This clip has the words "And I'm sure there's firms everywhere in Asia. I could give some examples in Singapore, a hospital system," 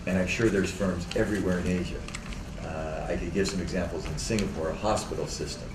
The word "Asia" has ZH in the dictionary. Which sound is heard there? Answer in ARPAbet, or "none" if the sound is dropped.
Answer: ZH